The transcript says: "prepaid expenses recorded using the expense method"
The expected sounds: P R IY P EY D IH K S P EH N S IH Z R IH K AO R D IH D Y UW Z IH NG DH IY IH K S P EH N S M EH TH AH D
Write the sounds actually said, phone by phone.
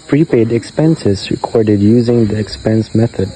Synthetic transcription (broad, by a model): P R IY P EY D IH K S P EH N S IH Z R IH K AO R D IH D Y UW Z IH NG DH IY IH K S P EH N S M EH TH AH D